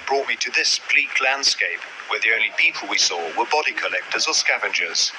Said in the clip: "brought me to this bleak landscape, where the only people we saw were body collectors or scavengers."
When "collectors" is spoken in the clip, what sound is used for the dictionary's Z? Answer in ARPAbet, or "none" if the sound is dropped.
Z